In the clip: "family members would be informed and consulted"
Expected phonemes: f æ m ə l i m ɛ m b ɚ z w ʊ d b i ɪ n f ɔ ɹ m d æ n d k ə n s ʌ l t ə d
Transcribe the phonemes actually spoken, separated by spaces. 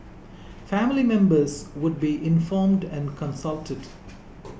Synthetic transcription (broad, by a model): f æ m ə l i m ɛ m b ɚ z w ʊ d b i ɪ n f ɔ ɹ m d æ n d k ə n s ʌ l t ə d